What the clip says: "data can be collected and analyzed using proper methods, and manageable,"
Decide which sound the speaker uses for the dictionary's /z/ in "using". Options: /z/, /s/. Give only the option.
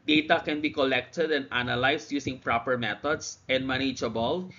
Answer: /s/